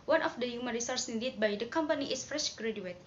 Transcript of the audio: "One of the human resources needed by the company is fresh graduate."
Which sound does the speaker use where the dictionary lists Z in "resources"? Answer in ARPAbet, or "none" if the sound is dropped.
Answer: none